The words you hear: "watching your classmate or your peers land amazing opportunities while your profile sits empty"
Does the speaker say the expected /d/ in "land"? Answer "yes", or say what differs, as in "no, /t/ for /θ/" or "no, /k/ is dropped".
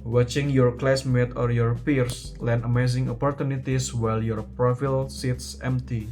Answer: no, /d/ is dropped